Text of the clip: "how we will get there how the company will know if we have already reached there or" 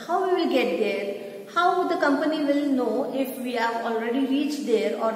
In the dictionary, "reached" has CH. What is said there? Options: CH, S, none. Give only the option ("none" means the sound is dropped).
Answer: CH